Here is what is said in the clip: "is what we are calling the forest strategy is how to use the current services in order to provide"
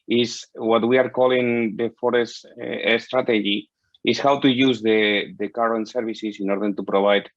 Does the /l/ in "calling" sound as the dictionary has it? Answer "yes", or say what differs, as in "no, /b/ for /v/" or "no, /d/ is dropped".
yes